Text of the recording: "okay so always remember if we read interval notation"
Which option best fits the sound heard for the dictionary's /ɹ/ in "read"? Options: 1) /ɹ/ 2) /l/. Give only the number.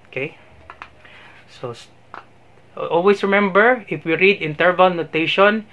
1